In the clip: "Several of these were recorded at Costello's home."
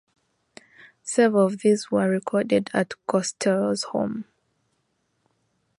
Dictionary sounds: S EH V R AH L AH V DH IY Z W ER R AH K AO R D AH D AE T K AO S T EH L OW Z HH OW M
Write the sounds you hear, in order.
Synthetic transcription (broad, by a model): S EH V AH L AH V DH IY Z W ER R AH K AO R D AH D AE T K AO S T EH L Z HH OW M